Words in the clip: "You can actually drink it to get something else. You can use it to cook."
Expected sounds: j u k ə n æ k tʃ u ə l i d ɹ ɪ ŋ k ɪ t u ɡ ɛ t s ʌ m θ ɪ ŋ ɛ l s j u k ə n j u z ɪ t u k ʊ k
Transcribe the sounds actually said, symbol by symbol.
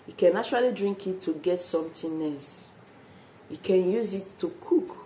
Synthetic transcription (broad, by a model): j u k ə n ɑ tʃ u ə l i d ɹ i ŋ k ɪ t u ɡ ɛ t s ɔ m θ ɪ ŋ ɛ s j u k ə n j u z ɪ t u k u k